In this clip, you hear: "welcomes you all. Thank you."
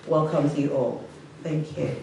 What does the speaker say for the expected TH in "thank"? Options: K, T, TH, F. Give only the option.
TH